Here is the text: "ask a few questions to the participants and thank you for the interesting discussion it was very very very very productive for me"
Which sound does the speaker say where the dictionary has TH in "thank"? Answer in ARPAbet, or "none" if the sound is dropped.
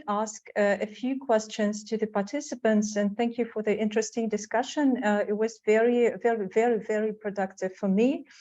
TH